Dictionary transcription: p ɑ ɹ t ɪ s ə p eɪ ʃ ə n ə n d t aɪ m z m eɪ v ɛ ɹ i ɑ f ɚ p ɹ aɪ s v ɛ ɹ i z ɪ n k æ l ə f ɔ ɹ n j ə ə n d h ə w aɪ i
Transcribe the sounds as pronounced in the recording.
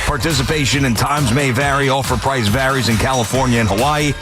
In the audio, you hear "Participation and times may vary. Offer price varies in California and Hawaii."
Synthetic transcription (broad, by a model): p ɑ ɹ t ɪ s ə p eɪ ʃ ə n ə n t aɪ m z m eɪ v ɛ ɹ i ɑ f ɚ p ɹ aɪ s v ɛ ɹ i z ɪ n k æ l ə f ɔ ɹ n j ə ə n h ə w aɪ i